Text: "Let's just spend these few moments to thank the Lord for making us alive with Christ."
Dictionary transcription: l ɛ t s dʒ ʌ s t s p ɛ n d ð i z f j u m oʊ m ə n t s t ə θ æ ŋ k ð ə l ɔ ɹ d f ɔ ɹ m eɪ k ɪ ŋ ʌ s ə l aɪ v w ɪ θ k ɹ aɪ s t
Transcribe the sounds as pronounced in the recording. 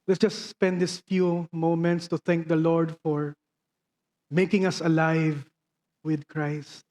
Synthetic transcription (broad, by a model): l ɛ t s dʒ ʌ s t s p ɛ n d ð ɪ s f j u m oʊ m ə n t s t ə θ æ ŋ k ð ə l ɔ ɹ d f ɔ ɹ m eɪ k ɪ ŋ ʌ s ə l aɪ v w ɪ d k ɹ aɪ s t